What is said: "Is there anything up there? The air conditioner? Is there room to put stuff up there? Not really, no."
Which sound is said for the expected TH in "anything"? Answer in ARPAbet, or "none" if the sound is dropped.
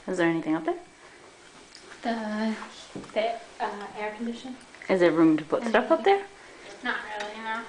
TH